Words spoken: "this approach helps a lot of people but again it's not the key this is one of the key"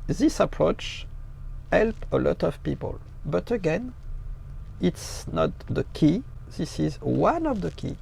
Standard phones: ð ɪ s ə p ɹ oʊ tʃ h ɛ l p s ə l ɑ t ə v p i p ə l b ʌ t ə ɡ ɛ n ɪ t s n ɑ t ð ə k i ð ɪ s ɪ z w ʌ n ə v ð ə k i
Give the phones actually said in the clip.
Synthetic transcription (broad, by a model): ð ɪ s ə p ɹ oʊ tʃ h ɛ l p ə l ɑ t ə v p i p ə l b ʌ t ə ɡ ɛ n ɪ t s n ɑ t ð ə k i ð ɪ s ɪ z w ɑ n ə v ð ə k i